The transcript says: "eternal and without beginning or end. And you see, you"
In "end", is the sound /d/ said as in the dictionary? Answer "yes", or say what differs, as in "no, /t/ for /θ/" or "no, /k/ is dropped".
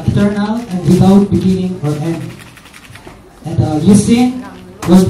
no, /d/ is dropped